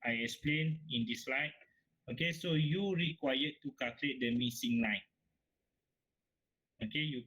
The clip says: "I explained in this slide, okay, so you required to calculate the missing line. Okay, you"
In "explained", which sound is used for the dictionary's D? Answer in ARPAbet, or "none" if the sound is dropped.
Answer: none